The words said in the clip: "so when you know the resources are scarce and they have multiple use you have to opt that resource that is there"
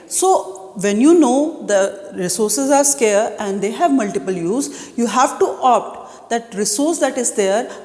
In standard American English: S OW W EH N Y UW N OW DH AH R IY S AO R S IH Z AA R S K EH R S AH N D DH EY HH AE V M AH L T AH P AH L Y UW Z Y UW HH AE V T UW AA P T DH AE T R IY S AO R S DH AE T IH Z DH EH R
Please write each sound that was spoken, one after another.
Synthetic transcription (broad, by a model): S OW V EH N Y UW N OW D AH R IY S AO R S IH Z AA R S K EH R AH N D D EY HH AE V M AH L T AH P AH L Y UW Z Y UW HH AE V T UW AA P T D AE T R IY S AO R S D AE T IH Z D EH R